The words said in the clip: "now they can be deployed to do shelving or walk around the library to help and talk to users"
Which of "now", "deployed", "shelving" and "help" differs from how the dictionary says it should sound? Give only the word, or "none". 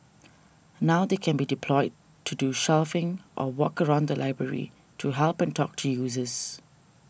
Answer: shelving